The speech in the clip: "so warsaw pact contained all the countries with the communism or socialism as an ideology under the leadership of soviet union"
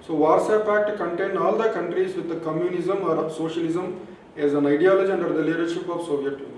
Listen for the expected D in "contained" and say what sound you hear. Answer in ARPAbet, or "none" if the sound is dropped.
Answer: none